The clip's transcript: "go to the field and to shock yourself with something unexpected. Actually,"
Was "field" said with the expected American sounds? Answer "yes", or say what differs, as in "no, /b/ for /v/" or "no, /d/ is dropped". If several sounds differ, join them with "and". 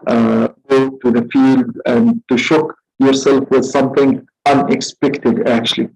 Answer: yes